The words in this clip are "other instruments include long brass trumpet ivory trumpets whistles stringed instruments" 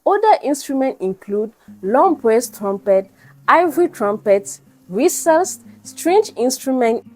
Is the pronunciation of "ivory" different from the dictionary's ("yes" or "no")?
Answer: no